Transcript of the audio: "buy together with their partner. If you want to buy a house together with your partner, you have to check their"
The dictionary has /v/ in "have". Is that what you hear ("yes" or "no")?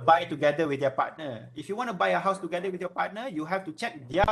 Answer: no